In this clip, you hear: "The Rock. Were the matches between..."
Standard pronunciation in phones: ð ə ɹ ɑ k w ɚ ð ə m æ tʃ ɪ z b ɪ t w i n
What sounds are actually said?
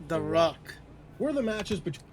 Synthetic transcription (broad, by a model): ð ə ɹ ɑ k w ɚ ð ə m æ tʃ ɪ z b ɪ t